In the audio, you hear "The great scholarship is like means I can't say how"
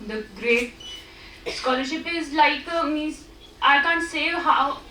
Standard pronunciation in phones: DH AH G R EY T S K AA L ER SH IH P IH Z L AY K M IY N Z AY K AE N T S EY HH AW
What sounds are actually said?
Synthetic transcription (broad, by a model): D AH G R EY T S K AA L ER SH IH P IH Z L AY K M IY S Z AY K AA N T S EY HH AW